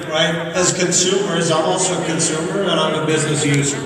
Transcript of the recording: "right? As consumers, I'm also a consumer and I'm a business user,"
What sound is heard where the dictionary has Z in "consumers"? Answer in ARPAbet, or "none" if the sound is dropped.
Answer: Z